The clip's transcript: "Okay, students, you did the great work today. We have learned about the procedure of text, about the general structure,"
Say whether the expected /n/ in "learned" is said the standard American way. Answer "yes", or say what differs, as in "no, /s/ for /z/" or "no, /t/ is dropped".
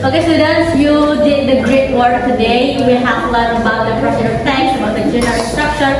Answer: no, /l/ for /n/